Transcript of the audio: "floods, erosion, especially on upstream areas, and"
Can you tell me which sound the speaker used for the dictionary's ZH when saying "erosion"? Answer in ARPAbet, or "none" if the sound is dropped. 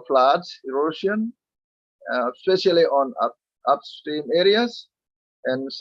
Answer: SH